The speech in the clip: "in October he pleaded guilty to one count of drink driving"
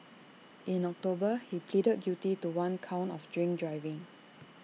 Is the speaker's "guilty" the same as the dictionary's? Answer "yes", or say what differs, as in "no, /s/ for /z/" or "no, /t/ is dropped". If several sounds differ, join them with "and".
no, /l/ is dropped